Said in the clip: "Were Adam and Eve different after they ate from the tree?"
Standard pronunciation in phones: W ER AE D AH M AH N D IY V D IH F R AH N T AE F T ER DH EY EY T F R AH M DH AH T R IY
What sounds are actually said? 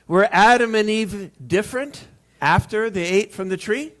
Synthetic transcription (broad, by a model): W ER AE D AH M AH N IY V D IH F R AH N T AE F T ER DH EY EY T F R AH M DH AH T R IY